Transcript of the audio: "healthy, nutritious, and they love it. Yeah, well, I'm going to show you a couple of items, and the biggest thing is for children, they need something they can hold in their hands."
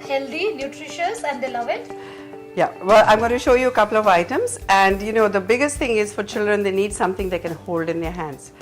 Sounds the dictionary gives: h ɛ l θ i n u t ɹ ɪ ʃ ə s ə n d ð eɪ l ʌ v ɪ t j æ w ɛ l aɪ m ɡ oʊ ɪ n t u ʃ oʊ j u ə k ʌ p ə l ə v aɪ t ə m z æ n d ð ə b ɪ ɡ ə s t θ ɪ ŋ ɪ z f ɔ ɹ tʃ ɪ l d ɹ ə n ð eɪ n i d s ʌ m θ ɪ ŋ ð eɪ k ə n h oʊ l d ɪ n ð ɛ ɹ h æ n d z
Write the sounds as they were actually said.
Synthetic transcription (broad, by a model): h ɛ l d i n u t ɹ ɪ ʃ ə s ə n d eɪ l ʌ v ɪ t j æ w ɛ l aɪ m ɡ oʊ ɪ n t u ʃ oʊ j u ə k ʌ p l ə v aɪ t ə m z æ n d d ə b ɪ ɡ ə s t t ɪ ŋ ɪ z f ɔ ɹ tʃ ɪ l d ɹ ə n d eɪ n i d s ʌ m t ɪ ŋ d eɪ k ə n h oʊ l d ɪ n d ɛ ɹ h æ n d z